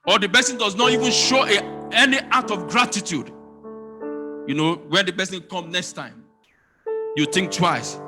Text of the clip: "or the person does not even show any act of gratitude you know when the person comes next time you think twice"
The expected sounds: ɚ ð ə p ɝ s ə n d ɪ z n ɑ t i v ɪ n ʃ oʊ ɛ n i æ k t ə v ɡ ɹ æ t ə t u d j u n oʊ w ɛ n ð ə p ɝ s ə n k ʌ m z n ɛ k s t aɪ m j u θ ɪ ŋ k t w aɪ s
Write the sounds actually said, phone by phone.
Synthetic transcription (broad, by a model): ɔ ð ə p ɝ s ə n d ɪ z n ɑ t i v ɪ n ʃ oʊ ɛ n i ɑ t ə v ɡ ɹ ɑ t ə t u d j u n oʊ w ɛ n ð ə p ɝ s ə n k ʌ m n ɛ k s t aɪ m j u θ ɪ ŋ k t w aɪ s